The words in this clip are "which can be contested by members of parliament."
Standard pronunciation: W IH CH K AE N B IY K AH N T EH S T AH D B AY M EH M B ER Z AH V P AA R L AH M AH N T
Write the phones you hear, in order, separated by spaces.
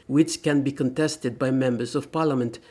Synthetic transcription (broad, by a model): W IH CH K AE N B IY K AH N T EH S T AH D B AY M EH M B ER Z AH V P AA R L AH M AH N T